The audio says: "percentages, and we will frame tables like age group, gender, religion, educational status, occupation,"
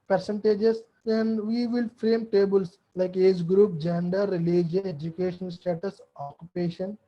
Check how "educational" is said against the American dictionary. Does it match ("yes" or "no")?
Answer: no